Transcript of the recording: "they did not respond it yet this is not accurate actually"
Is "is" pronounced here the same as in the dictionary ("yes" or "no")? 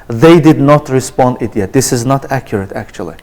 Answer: yes